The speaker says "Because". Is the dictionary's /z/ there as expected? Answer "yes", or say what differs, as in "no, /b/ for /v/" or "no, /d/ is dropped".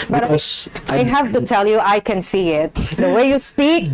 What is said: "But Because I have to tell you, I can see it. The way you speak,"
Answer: no, /z/ is dropped